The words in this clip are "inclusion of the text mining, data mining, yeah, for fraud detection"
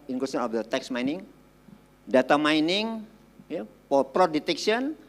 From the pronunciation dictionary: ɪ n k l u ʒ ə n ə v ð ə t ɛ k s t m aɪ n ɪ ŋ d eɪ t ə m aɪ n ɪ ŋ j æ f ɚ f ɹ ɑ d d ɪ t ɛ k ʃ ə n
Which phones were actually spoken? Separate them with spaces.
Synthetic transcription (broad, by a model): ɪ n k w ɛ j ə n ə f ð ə t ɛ k s m aɪ n ɪ ŋ d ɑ t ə m aɪ n ɪ ŋ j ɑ p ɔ p ɹ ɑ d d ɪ t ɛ k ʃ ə n